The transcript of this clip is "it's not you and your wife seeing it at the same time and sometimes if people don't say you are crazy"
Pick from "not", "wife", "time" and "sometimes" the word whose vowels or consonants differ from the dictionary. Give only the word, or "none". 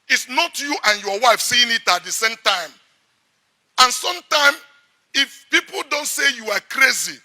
sometimes